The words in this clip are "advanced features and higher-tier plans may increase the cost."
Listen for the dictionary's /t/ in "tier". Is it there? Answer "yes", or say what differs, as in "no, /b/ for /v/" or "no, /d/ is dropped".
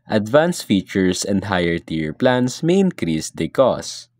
yes